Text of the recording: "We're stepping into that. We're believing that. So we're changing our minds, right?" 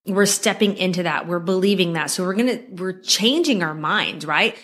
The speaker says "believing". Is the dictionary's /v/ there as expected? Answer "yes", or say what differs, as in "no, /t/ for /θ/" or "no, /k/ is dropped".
yes